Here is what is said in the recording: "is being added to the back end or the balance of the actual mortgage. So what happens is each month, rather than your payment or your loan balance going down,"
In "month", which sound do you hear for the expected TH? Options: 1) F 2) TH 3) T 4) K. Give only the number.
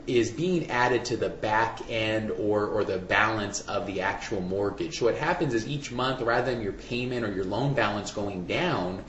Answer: 2